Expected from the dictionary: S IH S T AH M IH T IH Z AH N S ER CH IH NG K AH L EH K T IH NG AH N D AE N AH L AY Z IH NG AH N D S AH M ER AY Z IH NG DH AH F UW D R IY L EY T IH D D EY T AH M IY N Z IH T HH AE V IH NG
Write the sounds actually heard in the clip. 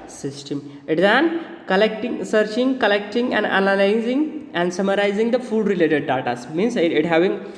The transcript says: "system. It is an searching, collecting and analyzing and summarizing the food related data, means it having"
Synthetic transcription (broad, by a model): S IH S T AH M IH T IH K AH L S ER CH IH NG K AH L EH K T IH NG AH N D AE N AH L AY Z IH NG AH N D S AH M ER AY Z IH NG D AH F UW D R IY L EY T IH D D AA T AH M IY N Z IH T HH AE V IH NG